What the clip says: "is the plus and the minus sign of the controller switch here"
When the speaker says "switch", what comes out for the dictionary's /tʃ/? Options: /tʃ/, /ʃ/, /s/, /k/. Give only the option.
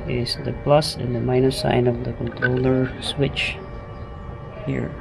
/tʃ/